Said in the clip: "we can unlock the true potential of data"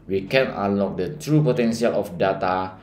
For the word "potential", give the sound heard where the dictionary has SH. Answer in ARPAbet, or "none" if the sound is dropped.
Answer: S